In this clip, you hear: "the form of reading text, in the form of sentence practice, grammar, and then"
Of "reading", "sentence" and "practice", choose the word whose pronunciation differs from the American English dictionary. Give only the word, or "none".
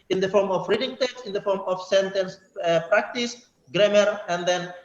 none